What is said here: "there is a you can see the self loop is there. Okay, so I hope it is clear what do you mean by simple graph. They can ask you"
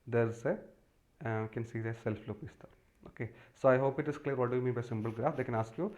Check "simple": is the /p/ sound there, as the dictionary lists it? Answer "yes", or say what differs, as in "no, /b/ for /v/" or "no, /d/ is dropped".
no, /b/ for /p/